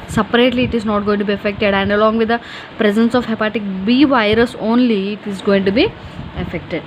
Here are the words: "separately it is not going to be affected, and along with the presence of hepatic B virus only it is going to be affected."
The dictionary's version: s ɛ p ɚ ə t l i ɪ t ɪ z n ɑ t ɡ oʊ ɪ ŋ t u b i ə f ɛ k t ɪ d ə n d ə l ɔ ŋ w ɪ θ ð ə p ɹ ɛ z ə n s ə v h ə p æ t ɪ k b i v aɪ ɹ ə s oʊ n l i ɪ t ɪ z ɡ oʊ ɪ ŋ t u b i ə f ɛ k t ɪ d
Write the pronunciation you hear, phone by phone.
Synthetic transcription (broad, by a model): s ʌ p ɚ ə t l i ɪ t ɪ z n ɑ t ɡ oʊ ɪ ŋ t u b i ə f ɛ k t ɪ d ə n d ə l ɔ ŋ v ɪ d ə p ɹ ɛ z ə n s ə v h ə p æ t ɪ k b i v aɪ ɹ ə s oʊ n l i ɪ t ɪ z ɡ oʊ ɪ ŋ t u b i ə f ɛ k t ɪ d